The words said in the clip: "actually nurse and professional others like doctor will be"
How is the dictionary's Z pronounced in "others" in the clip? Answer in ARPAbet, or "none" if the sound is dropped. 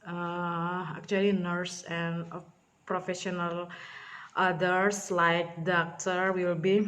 S